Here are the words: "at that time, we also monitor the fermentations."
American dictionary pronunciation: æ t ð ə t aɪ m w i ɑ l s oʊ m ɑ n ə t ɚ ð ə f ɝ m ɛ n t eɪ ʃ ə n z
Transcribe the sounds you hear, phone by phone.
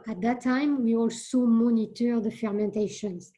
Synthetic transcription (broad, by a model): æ t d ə t aɪ m w i ɑ l s oʊ m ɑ n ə t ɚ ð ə f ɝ m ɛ n t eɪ ʃ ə n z